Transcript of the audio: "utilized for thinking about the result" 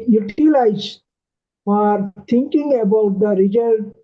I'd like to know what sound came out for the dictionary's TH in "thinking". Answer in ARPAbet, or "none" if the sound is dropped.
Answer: T